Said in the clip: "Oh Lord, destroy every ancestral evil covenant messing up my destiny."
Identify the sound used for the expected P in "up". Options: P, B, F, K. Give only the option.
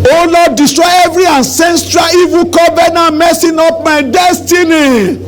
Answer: F